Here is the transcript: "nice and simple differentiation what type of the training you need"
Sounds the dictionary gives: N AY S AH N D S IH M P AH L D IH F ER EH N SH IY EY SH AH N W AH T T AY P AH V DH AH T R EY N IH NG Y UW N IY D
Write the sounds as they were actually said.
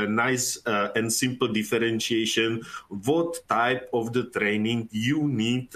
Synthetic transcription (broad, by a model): N AY S AH N D S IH M P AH L D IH F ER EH N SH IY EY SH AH N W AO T T AY P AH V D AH T R EY N IH NG Y UW N IY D